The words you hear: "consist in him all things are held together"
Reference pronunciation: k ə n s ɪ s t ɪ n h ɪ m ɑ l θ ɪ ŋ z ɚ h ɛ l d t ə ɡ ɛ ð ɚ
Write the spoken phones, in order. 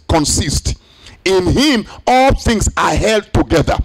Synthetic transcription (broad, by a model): k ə n s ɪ s t ɪ n h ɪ m ɑ l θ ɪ ŋ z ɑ h ɛ l d t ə ɡ ɛ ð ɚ